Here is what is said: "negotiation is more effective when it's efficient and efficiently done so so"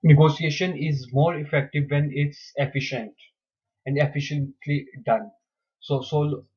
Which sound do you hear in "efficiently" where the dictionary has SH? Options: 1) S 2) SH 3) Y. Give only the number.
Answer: 2